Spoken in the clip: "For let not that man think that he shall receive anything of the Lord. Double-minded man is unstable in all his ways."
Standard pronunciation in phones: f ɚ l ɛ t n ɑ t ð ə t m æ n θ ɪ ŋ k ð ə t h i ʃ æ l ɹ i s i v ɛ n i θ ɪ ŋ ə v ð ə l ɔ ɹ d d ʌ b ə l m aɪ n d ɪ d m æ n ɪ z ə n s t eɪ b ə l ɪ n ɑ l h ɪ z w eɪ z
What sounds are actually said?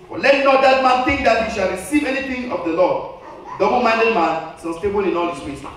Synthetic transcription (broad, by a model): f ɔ l ɛ t n ɑ t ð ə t m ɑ n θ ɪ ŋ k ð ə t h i ʃ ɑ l ɹ i s i v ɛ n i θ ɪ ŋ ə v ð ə l ɔ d d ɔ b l m aɪ n d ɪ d m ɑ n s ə s t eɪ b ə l ɪ n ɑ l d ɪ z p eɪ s